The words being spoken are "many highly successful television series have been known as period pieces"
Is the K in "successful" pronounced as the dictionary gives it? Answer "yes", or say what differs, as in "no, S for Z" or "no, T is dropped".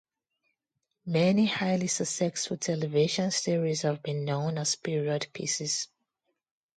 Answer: no, K is dropped